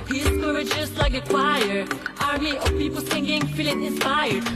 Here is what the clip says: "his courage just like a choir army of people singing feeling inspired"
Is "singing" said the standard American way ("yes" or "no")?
no